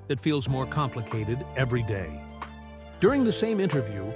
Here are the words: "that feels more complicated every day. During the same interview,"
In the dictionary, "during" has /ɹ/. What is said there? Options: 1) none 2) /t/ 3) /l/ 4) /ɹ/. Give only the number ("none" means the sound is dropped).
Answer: 4